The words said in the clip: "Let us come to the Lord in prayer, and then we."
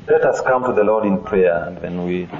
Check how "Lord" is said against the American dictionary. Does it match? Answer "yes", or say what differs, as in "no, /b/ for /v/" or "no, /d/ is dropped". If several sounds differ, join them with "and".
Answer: yes